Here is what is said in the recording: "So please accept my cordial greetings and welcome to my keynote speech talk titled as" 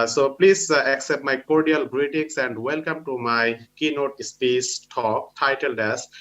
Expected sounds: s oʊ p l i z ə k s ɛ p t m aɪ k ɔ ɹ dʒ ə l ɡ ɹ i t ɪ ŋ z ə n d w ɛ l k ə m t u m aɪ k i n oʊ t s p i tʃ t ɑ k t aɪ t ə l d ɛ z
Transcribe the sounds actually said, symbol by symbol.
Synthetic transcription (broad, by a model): s oʊ p l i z ə k s ɛ p t m aɪ k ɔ ɹ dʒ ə l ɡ ɹ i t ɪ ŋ s ə n d w ɛ l k ə m t u m aɪ k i n oʊ t s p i s t ɑ k t aɪ t ə l d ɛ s